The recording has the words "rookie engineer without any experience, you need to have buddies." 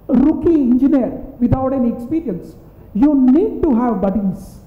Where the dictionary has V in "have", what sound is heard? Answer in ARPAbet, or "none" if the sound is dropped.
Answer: V